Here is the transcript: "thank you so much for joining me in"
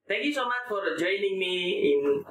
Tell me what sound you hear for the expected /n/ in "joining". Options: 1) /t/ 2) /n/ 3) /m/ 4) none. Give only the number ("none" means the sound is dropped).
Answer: 2